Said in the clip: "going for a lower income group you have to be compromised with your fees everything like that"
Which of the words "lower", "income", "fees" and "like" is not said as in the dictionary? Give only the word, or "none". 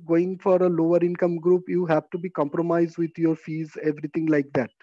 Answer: none